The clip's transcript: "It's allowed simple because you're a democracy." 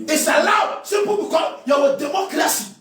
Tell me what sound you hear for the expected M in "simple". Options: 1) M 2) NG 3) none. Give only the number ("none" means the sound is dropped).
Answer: 3